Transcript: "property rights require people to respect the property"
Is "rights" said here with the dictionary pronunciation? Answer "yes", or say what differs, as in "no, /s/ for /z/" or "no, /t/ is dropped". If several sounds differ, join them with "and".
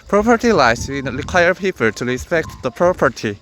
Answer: no, /l/ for /ɹ/